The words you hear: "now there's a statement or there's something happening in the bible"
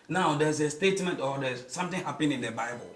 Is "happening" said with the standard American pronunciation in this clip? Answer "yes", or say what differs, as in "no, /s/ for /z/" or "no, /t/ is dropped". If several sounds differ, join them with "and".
no, /n/ is dropped